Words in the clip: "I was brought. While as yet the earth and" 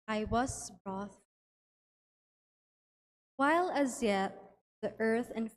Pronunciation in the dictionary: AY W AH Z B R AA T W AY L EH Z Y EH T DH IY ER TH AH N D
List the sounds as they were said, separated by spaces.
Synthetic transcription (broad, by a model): AY W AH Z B R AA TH W AY L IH Z Y EH T DH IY ER TH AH N